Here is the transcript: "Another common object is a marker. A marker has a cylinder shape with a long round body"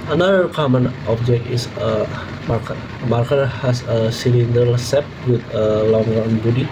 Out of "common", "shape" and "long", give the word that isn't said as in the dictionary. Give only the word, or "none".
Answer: shape